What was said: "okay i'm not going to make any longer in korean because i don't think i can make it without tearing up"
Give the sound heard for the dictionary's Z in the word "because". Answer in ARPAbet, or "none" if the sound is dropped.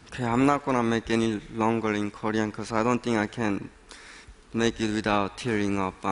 S